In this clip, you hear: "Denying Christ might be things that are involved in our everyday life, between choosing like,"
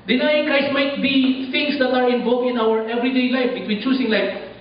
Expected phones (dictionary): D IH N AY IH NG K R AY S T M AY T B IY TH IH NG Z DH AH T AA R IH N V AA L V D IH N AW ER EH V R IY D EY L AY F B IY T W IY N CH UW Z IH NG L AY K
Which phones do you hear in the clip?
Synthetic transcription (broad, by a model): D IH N AY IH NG K R AY S T M AY T B IY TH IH NG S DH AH T AA R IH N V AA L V IH N AW ER EH V R IY D EY L AY F B IY T W IY N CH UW S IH NG L AY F